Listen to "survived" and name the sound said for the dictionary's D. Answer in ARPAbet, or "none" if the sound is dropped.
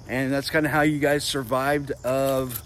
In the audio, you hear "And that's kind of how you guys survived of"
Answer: D